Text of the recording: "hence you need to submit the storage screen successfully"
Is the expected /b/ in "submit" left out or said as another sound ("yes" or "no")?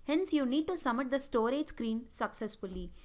yes